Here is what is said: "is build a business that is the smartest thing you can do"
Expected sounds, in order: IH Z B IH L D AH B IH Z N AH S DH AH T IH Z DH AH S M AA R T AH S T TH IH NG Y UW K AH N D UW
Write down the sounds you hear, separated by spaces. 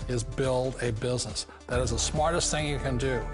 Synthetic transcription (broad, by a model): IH Z B IH L D AH B IH Z N AH S DH AH T IH Z DH AH S M AA R T AH S T TH IH NG Y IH K AH N D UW